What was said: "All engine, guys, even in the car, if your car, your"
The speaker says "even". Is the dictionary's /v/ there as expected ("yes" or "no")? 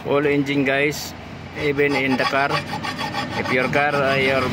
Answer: no